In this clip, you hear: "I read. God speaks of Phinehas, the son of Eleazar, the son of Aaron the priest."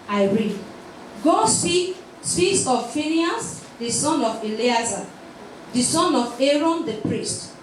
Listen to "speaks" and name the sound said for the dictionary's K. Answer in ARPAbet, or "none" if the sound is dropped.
none